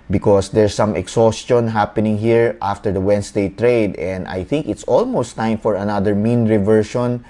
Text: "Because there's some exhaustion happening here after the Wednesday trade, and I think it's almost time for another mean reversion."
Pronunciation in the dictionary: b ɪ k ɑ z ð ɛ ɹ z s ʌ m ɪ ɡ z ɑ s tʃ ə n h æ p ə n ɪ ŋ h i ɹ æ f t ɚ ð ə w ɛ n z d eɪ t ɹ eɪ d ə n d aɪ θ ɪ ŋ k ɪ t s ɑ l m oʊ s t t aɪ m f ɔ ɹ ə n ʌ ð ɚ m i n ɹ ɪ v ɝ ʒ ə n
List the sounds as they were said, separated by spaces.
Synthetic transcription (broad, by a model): b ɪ k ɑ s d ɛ ɹ s ʌ m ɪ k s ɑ s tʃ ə n h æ p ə n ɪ ŋ h i ɹ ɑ f t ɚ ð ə w ɛ n s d eɪ t ɹ eɪ d ə n d aɪ θ ɪ ŋ k ɪ t s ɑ l m oʊ s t t aɪ m f ɔ ɹ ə n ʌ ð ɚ m i n ɹ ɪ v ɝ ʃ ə n